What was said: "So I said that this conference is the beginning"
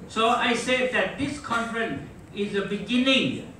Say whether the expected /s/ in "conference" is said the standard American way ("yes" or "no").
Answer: no